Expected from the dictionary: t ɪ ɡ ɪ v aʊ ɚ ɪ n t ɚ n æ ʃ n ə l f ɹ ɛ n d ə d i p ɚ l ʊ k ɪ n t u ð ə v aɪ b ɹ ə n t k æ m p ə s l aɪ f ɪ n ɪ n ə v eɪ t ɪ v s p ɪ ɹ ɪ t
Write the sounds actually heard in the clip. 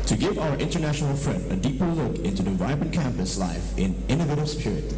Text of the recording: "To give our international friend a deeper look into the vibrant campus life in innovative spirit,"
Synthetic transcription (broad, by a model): t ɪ ɡ ɪ v aʊ ɚ ɪ n t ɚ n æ ʃ n l f ɹ ɛ n d ə d i p ɚ l ʊ k ɪ n t u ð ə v aɪ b ə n k æ m p ə s l aɪ f ɪ n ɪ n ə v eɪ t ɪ b s p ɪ ɹ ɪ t